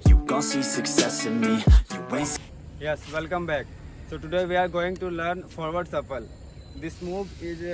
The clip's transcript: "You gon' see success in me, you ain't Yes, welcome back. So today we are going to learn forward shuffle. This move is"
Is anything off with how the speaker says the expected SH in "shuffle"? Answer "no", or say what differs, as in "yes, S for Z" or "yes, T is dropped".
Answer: yes, S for SH